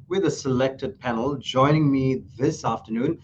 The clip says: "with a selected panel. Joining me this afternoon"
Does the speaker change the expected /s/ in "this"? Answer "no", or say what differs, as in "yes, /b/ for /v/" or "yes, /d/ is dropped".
no